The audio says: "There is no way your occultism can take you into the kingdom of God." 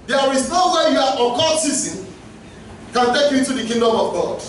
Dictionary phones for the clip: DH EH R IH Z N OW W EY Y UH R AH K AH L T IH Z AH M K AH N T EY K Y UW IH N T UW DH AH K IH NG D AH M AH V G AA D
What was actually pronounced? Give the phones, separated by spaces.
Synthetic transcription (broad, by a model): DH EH R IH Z N OW W EY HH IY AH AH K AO T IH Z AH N K AH N T EY K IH T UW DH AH K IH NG D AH M AH V G AA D